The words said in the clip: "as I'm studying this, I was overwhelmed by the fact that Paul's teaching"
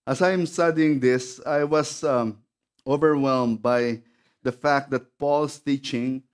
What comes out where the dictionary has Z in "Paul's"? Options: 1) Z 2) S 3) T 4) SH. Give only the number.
2